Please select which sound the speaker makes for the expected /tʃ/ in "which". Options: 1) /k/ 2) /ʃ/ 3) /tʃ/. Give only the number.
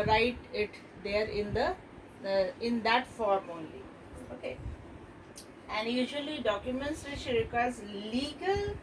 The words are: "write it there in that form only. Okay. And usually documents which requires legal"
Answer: 2